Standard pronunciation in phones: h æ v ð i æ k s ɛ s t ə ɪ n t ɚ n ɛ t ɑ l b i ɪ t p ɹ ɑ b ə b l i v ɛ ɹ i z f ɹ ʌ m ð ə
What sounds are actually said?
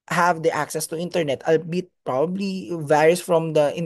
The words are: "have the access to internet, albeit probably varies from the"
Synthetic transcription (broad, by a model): h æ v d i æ k s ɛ s t ə ɪ n t ɚ n ɛ t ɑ l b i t p ɹ ɑ b ə b l i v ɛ ɹ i s f ɹ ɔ m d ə